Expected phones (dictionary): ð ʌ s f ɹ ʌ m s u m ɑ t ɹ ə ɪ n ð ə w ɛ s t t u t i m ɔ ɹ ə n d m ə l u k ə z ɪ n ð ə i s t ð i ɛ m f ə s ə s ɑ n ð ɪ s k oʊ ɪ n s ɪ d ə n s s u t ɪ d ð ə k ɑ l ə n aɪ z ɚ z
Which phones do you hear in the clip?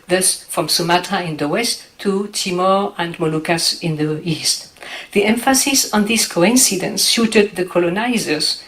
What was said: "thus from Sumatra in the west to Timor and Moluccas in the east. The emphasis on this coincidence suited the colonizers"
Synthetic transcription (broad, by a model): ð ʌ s f ɹ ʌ m s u m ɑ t ə ɪ n ð ə w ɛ s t t u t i m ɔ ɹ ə n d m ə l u k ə s ɪ n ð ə i s t ð i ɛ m f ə s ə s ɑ n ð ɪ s k oʊ ɪ n s ɪ d ə n s ʃ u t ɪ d ð ə k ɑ l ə n aɪ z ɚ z